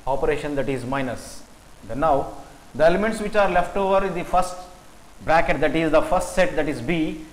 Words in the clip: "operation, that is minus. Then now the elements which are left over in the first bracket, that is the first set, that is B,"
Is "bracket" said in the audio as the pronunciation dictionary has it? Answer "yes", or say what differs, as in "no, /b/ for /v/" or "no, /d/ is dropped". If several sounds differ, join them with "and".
yes